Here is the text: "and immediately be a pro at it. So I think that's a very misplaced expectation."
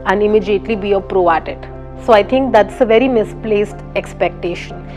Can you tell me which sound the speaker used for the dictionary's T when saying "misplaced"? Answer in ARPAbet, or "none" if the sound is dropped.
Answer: T